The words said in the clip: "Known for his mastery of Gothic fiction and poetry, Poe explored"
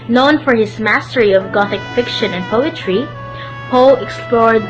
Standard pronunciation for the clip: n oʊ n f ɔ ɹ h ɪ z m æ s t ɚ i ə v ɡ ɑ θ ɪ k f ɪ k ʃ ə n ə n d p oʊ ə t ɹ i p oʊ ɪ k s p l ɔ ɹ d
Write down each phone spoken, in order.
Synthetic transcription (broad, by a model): n oʊ n f ɔ ɹ h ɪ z m æ s t ɚ i ə v ɡ ɑ θ ɪ k f ɪ k ʃ ə n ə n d p oʊ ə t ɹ i p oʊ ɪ k s p l ɔ ɹ d